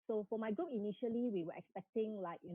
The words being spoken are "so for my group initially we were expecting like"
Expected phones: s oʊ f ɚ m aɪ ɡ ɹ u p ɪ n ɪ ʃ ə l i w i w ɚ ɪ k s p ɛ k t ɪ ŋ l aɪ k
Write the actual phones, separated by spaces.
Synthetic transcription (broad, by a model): s oʊ f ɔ m aɪ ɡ ɔ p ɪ n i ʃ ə l i w i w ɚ ɪ k s p ɛ k t ɪ ŋ l aɪ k